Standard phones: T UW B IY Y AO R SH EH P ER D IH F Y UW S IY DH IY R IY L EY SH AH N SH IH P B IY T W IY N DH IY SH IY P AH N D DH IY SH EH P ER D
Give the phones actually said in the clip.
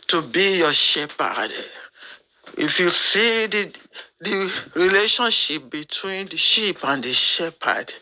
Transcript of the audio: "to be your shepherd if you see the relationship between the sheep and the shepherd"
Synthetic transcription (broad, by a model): T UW B IY Y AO SH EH P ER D IH F Y UW S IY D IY R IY L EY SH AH N SH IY P B IY T W IY N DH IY SH IY P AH N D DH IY SH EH P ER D